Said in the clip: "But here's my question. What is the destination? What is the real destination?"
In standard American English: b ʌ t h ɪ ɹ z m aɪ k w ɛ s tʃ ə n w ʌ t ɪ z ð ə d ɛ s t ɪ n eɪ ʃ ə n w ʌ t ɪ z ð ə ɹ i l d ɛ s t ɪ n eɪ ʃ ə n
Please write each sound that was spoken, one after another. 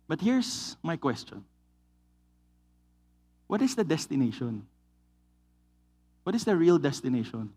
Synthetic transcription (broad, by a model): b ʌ t h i ɹ s m aɪ k w ɛ s tʃ ə n w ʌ t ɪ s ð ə d ɛ s t ɪ n eɪ ʃ ə n w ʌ t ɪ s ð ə ɹ i l d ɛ s t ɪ n eɪ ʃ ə n